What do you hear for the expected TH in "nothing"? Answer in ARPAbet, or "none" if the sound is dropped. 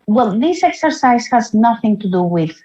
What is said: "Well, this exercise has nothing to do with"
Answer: TH